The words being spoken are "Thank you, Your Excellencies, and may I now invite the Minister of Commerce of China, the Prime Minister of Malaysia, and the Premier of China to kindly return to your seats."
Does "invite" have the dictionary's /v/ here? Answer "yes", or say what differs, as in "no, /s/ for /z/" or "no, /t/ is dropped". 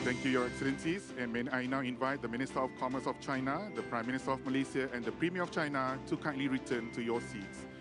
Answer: yes